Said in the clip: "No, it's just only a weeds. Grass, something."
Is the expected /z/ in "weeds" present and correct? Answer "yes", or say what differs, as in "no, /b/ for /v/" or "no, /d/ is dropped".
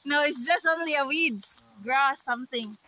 no, /z/ is dropped